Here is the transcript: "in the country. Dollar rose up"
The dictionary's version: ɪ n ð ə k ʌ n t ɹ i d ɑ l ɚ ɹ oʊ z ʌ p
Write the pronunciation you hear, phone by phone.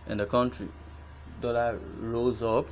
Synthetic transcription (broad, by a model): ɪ n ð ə k ʌ n t ɹ i d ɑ l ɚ ɹ oʊ z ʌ p